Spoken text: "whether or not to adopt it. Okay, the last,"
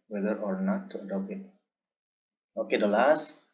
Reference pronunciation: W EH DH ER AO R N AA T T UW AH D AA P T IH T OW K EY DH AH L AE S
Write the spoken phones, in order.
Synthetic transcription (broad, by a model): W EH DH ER AO R N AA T T UW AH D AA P IH T OW K EY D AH L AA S